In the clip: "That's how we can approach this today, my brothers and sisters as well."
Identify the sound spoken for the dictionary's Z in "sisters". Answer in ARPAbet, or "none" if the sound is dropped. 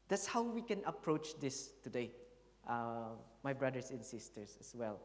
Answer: S